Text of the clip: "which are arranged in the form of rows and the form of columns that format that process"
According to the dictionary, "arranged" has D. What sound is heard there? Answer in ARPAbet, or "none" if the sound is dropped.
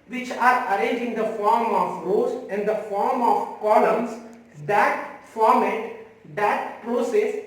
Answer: none